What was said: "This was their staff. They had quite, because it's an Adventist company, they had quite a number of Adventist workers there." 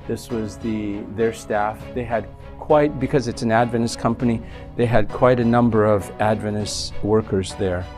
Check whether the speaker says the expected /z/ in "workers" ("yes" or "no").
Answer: yes